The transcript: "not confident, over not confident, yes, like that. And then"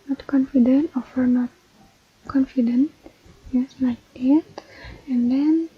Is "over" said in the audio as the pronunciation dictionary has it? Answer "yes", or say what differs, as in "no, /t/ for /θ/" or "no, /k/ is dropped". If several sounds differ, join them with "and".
no, /f/ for /v/